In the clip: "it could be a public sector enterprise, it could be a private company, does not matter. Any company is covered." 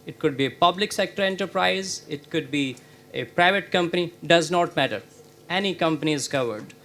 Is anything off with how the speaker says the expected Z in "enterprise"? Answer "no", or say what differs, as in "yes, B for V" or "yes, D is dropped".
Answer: no